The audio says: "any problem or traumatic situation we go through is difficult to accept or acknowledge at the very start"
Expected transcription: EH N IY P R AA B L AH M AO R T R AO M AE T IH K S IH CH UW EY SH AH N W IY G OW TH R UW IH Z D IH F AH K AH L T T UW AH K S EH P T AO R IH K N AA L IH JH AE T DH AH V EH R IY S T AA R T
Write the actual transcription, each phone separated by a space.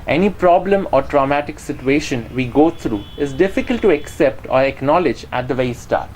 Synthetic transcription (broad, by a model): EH N IY P R AA B L AH M AO R T R AO M AE T IH K S IH CH UW EY SH AH N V IY G OW T R UW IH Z D IH F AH K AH L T T UW AH K S EH P T AO R IH K N AA L IH JH AE T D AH V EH IY S T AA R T